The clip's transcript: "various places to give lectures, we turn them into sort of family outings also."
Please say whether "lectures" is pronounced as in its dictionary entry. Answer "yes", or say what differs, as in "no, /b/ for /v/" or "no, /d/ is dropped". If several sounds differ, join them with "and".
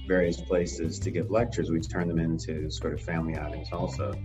yes